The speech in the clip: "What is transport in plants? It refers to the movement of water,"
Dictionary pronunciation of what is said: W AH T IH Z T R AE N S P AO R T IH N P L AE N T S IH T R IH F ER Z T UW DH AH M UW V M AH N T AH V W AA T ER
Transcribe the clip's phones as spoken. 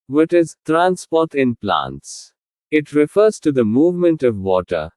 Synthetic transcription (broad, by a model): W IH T IH Z T R AE N S P AO R T IH N P L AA N T S IH T R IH F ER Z T UW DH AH M UW V M AH N T AH V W AA T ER